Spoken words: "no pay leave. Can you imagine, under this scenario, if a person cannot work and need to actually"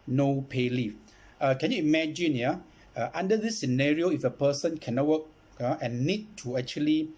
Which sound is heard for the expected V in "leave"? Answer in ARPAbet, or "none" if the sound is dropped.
F